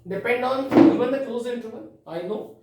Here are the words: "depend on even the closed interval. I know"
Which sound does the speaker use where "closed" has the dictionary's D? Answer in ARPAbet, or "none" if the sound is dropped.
none